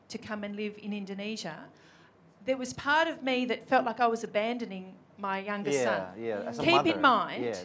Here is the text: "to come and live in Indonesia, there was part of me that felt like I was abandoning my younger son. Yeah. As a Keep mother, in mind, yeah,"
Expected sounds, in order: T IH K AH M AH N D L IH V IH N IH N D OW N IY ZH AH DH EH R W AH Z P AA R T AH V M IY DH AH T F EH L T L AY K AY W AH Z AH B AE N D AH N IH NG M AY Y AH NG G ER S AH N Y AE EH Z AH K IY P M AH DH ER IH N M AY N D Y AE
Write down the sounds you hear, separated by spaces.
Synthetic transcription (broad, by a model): T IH K AH M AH N L IH V IH N IH N D OW N IY ZH AH DH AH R W AH Z P AA R T AH V M IY DH AH T F EH L T L AY K AY W AH Z AH B AE N D AH N IH NG M AY Y AH NG G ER S AH N Y AE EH K IY P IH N M AY N D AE